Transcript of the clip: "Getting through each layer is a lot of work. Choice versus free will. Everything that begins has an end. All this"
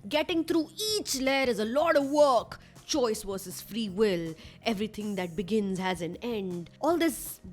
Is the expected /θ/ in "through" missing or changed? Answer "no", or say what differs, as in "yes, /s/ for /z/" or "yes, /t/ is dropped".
yes, /t/ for /θ/